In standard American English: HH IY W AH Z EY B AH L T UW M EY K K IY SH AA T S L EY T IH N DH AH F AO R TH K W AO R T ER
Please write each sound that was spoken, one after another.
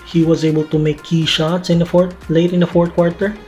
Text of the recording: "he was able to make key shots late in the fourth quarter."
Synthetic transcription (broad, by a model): HH IY W AH Z EY B AH L T UW M EY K K IY SH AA T S L EY T IH N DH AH F AO R T K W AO R T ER